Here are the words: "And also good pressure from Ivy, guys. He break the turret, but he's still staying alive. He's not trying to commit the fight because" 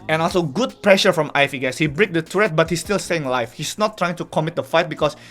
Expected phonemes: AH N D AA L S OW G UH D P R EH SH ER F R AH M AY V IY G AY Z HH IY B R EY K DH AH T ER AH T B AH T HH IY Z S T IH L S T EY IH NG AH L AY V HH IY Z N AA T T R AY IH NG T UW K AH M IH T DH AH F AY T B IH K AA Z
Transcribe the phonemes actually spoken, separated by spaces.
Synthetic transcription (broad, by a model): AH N AA L S OW G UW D P R EH SH ER F R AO M AY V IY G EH S HH IY B R EY K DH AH T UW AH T B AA T HH IY S T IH L S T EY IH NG L AY F HH IY S N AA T T R AY IH NG T UW K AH M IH T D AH F AY T B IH K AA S